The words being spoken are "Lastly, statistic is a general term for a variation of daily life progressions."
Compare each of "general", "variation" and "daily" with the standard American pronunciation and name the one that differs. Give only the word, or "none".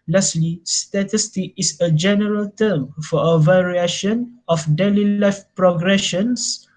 none